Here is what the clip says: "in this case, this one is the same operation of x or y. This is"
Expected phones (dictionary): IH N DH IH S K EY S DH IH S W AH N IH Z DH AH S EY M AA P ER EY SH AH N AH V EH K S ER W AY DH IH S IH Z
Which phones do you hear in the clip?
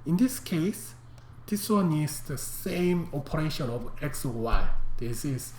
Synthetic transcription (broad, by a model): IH N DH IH S K EY S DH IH S W AH N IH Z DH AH S EY M AA P ER EY SH AH N AH V EH K S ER W AY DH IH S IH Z